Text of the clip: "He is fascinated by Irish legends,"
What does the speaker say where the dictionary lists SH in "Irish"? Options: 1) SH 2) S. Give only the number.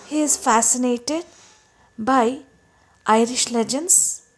1